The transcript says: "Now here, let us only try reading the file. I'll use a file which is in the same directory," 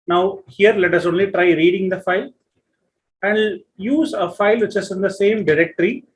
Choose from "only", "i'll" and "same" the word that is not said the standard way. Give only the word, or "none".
i'll